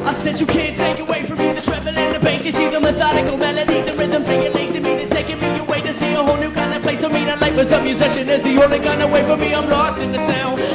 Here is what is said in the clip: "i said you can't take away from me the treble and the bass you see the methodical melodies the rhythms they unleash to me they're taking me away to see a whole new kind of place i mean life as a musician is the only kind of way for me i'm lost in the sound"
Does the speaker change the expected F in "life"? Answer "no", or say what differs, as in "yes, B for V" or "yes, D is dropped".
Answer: yes, P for F